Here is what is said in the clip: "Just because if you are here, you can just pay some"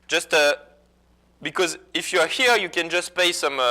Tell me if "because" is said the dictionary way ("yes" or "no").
yes